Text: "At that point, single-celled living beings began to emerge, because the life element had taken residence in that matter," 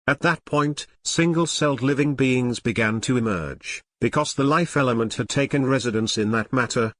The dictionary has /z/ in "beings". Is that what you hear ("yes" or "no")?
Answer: yes